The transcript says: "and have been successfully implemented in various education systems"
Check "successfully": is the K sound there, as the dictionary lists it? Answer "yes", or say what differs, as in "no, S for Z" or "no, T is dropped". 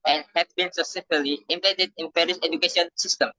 no, K is dropped